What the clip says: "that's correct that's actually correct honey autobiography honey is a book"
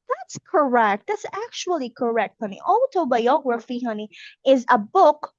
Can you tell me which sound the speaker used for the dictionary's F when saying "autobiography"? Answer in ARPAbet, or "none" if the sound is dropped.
F